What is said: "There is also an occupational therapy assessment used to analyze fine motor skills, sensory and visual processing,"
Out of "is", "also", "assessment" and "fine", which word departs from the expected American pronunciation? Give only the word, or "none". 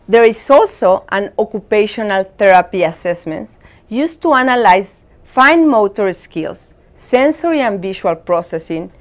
is